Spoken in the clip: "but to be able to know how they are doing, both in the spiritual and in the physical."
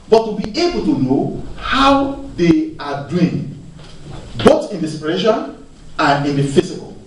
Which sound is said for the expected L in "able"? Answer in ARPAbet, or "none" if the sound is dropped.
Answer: L